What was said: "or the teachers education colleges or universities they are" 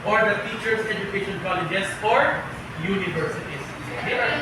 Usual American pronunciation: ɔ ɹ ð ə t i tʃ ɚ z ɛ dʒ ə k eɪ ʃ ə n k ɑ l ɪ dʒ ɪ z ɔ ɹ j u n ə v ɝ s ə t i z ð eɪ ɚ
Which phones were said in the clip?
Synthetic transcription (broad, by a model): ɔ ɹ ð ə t i tʃ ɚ s ɛ dʒ ə k eɪ ʃ ə n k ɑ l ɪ dʒ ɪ s ɔ ɹ j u n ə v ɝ s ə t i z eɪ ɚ